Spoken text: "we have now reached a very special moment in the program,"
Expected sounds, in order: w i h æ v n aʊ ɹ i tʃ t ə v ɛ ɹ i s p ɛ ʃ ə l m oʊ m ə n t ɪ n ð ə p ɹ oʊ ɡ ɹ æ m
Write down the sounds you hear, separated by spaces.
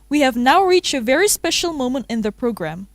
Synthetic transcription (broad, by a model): w i h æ v n aʊ ɹ i tʃ t ə v ɛ ɹ i s p ɛ ʃ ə l m oʊ m ə n t ɪ n ð ə p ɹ oʊ ɡ ɹ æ m